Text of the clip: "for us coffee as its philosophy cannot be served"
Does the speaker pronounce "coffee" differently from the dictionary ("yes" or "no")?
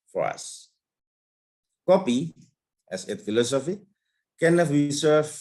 yes